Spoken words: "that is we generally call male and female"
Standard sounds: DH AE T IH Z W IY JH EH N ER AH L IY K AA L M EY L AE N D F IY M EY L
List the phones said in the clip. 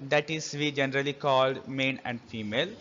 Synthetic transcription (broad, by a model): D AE T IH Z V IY JH EH N ER AH L IY K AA L M EY N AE N D F IY M EY L